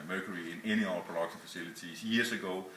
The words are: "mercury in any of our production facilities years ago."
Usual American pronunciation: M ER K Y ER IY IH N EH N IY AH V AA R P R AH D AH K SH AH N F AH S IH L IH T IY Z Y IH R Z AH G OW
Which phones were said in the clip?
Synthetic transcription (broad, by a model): M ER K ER IY IH N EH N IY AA L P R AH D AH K S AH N F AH S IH L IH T IY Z Y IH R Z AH G OW